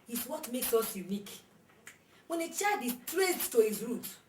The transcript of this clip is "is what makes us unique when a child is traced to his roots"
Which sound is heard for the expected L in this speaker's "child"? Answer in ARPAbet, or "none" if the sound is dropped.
none